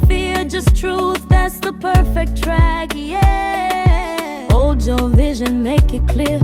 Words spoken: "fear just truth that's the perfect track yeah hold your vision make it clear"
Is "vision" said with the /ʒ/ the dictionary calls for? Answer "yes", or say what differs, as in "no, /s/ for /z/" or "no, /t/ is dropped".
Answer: yes